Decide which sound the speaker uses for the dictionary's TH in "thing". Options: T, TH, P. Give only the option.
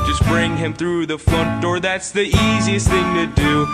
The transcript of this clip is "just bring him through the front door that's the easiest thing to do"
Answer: TH